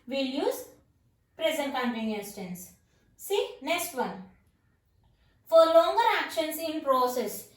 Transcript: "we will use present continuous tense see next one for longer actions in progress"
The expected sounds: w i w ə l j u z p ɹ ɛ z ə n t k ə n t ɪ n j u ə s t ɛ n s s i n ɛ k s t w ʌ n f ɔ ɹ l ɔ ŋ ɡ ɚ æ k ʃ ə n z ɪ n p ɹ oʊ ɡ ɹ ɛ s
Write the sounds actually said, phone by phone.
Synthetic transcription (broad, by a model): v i l j u z p ɹ ɛ z ə n t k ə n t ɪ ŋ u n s t ɛ n s s i n ɛ k s t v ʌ n f ɔ ɹ l ɔ ŋ ɡ ɚ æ k ʃ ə n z ɪ n p ɹ oʊ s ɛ s